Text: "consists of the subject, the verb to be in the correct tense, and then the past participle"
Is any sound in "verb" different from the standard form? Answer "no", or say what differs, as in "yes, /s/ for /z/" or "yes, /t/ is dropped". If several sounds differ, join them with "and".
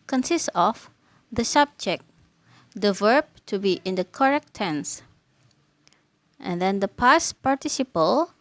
no